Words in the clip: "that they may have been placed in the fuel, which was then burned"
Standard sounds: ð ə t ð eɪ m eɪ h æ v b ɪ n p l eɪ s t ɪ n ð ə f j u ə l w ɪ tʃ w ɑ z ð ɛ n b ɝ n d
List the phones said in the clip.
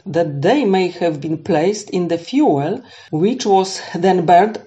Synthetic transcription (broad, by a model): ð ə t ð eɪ m eɪ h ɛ v b ɪ n p l eɪ s t ɪ n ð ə f j u ə l w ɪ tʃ w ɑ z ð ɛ n b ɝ n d